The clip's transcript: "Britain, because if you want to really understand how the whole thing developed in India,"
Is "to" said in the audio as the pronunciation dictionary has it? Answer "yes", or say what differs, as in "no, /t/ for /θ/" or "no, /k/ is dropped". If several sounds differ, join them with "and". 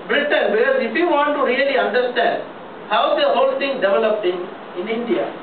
yes